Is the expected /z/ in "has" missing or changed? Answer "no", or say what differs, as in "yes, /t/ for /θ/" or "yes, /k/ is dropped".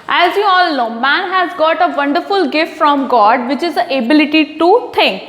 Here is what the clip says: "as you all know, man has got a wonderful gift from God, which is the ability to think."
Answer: no